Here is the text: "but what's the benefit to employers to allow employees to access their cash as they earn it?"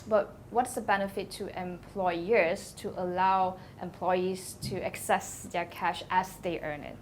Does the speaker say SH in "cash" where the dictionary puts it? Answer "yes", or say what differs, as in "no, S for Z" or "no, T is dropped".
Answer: yes